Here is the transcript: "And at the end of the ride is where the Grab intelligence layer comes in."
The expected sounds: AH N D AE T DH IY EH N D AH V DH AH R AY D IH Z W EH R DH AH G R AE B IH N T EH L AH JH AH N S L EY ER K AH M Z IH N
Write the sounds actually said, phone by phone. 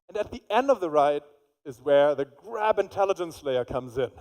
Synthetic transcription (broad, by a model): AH N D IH T DH IY EH N D AH V DH AH R AY D IH Z W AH R DH AH G R AE B IH N T EH L AH JH AH N S L EY ER K AH M Z IH N